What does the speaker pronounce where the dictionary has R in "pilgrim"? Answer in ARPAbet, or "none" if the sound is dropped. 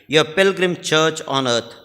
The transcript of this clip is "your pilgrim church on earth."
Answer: R